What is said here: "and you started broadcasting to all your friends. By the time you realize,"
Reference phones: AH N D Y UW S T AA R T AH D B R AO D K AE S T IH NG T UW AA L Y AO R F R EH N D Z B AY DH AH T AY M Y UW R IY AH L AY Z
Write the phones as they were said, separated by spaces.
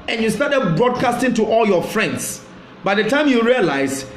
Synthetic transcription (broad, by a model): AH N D Y UW S T AA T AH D B R AO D K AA S T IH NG T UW AA L Y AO F R EH N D S B AY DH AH T AY M Y UW R IY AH L AY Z